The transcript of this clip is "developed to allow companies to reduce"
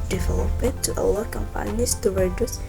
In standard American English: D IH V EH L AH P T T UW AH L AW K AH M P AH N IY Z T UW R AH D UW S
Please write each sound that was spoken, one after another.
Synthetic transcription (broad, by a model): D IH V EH L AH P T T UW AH W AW K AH M P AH N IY S T UW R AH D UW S